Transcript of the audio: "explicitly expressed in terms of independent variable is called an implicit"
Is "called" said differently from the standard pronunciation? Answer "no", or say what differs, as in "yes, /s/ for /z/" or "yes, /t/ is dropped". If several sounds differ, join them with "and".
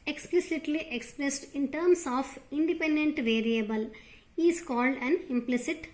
no